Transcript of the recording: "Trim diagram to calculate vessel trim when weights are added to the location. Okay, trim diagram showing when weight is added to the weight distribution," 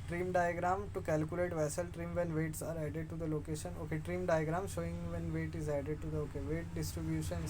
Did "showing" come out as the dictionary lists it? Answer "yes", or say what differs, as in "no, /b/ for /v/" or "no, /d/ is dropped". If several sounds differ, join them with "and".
yes